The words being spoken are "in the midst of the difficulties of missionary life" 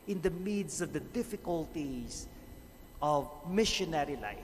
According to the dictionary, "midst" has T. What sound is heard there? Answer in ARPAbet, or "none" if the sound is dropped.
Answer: none